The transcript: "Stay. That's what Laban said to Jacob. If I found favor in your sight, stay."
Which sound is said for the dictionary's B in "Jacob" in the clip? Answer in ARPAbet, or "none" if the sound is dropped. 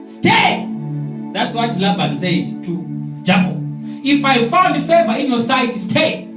none